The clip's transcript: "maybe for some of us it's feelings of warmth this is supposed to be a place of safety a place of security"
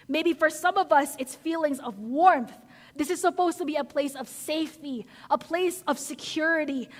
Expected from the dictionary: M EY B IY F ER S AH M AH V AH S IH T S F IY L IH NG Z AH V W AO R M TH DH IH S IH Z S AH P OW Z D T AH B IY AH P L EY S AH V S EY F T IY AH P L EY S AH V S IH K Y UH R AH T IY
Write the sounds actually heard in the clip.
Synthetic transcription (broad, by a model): M EY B IY F ER S AH M AH V AH S IH T S F IY L IH NG Z AH V W AO R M TH DH IH S IH Z S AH P OW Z T AH B IY AH P L EY S AH V S EY F T IY AH P L EY S AH V S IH K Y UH R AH T IY